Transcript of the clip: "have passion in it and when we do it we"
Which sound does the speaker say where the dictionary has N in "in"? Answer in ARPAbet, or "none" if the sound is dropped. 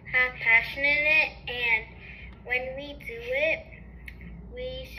L